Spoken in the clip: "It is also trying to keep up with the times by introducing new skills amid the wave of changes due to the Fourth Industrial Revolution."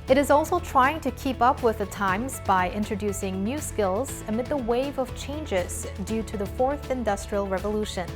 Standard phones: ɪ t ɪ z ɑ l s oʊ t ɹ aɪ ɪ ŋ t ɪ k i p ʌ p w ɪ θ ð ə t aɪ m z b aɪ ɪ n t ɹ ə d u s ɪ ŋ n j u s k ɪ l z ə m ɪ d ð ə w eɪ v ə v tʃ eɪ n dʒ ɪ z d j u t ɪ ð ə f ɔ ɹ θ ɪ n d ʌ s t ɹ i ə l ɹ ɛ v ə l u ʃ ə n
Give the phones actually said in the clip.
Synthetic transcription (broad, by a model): ɪ t ɪ z ɑ l s oʊ t ɹ aɪ ɪ ŋ t ɪ k i p ʌ p w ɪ ð ə t aɪ m z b aɪ ɪ n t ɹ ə d u s ɪ ŋ n j u s k ɪ l z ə m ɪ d ð ə w eɪ v ə v tʃ eɪ n dʒ ɪ z d j u t ɪ ð ə f ɔ ɹ θ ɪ n d ʌ s t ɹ i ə l ɹ ɛ v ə l u ʃ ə n